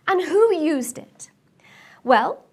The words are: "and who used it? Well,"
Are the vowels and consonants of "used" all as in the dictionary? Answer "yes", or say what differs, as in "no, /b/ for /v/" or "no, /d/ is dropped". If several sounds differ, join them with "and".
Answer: yes